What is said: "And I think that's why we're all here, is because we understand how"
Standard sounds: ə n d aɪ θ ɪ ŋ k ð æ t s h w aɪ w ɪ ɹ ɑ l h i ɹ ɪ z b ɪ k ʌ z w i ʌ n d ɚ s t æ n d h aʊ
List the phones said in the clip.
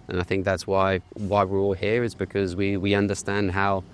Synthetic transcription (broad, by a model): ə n aɪ θ ɪ ŋ k ð æ t s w w aɪ w ɪ ɹ ɑ l h i ɹ ɪ z b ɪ k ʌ z w i ʌ n d ɚ s t æ n d h aʊ